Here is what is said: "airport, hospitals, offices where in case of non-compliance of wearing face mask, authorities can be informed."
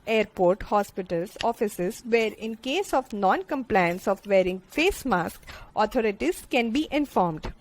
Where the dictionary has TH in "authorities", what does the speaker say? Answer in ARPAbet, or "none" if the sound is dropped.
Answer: T